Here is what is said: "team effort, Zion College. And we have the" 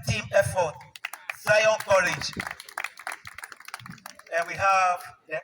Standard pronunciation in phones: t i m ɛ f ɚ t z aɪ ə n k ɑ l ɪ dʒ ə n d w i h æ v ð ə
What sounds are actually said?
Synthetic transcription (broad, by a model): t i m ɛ f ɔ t s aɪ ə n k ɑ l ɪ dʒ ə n w i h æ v